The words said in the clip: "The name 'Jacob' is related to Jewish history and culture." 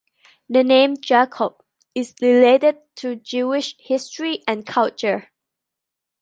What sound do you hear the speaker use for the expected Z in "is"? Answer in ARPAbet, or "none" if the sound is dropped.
S